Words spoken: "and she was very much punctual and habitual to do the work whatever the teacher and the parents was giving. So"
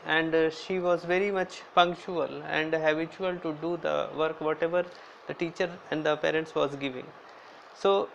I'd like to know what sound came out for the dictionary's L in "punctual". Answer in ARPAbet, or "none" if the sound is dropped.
L